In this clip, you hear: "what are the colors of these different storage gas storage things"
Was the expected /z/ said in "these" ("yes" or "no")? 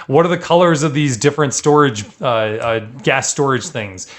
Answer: yes